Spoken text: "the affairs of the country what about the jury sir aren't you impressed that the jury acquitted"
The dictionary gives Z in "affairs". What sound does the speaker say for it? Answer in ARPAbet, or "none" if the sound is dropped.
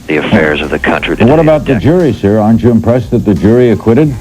Z